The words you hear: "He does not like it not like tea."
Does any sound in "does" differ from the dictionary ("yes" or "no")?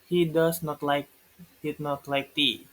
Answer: yes